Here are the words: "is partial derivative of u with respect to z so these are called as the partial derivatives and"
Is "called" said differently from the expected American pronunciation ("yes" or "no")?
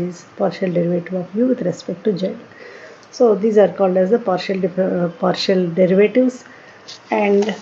no